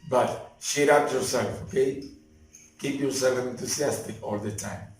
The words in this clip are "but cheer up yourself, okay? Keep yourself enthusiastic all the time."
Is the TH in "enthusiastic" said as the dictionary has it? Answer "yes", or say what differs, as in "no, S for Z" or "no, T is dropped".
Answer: no, T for TH